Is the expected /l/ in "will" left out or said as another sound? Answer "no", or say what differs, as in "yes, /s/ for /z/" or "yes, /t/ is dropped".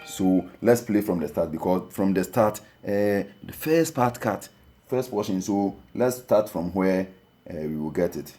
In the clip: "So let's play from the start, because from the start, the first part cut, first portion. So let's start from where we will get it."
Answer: no